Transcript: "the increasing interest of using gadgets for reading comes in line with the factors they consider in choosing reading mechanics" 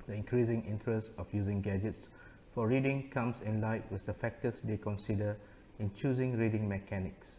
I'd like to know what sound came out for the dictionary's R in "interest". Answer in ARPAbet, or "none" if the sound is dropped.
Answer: R